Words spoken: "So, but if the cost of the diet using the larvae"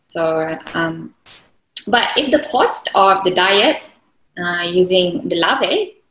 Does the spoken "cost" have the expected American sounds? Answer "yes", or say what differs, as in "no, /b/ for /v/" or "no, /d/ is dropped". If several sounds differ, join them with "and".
yes